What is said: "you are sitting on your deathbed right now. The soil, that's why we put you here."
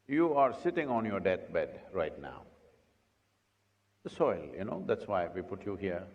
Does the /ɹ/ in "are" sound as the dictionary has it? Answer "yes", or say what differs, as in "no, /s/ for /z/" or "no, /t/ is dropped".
yes